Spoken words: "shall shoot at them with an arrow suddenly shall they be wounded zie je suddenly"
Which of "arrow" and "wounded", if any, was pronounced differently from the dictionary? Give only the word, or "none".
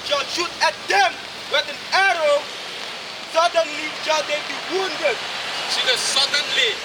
none